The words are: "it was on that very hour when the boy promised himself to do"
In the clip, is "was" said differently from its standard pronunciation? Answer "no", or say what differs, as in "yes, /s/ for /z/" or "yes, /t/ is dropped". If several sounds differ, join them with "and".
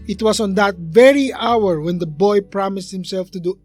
yes, /s/ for /z/